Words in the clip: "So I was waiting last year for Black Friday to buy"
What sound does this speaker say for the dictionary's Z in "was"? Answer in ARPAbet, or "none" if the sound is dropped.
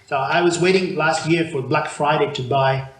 Z